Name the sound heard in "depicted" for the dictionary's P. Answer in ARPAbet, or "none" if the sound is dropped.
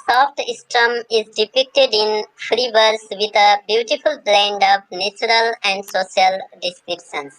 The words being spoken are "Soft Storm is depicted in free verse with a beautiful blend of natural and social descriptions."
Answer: P